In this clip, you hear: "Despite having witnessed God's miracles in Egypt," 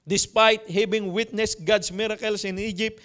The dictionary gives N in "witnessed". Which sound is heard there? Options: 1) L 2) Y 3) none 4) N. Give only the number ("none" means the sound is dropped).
4